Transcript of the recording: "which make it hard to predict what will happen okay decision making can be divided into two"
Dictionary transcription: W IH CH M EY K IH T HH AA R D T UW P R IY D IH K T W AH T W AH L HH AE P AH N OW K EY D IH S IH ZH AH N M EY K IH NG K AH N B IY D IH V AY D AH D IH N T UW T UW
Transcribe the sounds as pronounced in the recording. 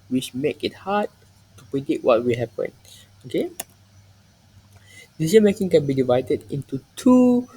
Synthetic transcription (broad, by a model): W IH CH M EY K IH T HH AA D T UW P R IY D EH T W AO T W AH L HH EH P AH N OW K EY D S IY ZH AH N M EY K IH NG K AH N B IY D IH V AY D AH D IH N T UW T UW